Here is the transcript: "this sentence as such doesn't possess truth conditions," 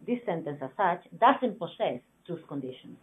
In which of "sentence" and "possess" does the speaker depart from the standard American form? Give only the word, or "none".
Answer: possess